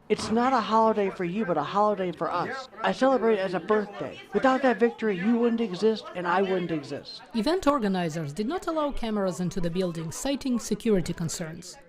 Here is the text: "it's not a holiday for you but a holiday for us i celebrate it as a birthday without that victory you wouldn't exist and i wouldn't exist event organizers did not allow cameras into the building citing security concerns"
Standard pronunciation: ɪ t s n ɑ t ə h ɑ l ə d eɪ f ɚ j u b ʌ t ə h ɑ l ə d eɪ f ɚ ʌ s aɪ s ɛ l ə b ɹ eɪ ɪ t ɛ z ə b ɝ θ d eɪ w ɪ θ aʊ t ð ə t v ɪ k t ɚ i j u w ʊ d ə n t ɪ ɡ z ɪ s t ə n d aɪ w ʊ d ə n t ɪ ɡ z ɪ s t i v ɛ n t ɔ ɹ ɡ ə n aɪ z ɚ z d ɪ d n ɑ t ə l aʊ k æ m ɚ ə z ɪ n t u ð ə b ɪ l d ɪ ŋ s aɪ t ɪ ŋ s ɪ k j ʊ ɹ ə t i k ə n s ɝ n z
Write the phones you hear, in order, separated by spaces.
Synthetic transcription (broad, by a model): ɪ t s n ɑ t ə h ɑ l ə d eɪ f ɚ j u b ʌ t ə h ɑ l ə d eɪ f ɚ ʌ s aɪ s ɛ l ə b ɹ eɪ ɪ t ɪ z ə b ɝ θ d eɪ w ɪ θ aʊ t ð ə t v ɪ k t ɚ i j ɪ w ʊ d n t ɪ ɡ z ɪ s t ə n aɪ w ʊ d n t ɪ ɡ z ɪ s t i v ɛ n t ɔ ɹ ɡ ə n aɪ z ɚ z d ɪ d n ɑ t ə l aʊ k æ m ɚ ə z ɪ n t u ð ə b ɪ l d ɪ ŋ s aɪ t ɪ ŋ s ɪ k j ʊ ɹ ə t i k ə n s ɝ n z